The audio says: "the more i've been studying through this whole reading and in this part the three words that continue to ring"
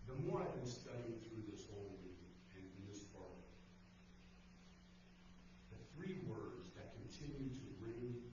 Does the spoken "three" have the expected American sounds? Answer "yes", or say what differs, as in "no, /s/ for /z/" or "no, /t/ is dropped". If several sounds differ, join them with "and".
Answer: yes